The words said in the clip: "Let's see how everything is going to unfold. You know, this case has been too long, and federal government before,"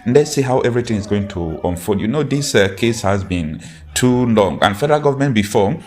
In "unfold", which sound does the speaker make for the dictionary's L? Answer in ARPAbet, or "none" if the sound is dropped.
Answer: none